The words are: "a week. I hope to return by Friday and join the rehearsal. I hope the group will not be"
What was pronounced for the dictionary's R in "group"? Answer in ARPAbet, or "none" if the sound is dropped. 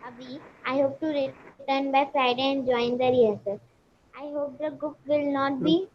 none